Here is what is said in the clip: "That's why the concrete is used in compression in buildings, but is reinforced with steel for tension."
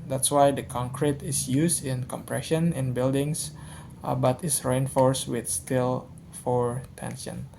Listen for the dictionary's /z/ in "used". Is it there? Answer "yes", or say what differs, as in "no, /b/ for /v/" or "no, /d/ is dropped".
no, /s/ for /z/